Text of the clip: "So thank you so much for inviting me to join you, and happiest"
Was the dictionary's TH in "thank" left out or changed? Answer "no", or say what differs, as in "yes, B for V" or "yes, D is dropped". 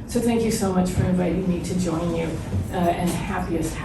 no